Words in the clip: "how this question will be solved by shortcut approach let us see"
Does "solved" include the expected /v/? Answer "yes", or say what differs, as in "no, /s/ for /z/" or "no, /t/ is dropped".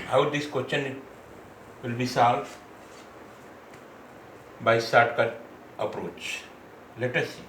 no, /v/ is dropped